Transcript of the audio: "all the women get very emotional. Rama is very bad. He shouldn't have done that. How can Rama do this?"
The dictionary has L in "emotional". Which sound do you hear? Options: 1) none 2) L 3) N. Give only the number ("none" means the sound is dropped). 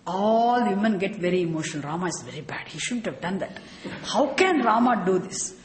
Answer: 3